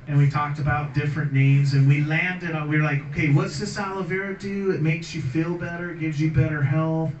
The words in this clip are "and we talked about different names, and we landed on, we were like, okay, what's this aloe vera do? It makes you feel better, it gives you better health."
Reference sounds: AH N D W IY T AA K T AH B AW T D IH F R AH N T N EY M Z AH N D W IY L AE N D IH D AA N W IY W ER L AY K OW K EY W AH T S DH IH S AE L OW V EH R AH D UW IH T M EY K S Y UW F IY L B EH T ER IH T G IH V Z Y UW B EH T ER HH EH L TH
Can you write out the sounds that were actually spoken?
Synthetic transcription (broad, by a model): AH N W IY T AA K T AH B AW T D IH F R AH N N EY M Z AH N W IY L AE N D IH D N W IY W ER L AY K OW K EY W AH T S DH IH S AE L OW V EH R AH D UW IH T M EY K S Y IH F IY L B EH T ER IH T G IH V Z Y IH B EH T ER HH EH L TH